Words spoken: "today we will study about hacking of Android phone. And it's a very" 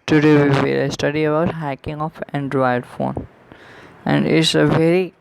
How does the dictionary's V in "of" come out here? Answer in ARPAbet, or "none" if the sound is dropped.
F